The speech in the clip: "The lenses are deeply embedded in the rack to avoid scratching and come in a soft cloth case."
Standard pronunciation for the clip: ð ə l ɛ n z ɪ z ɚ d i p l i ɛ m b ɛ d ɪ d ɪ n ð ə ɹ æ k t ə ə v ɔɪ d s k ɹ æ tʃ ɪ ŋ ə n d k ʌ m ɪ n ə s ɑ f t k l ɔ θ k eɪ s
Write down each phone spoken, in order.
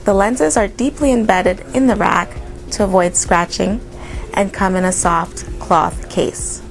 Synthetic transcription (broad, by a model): ð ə l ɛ n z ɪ z ɚ d i p l i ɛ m b ɛ d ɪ d ɪ n ð ə ɹ æ k t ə ə v ɔɪ d s k ɹ æ tʃ ɪ ŋ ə n k ʌ m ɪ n ə s ɑ f t k l ɔ θ k eɪ s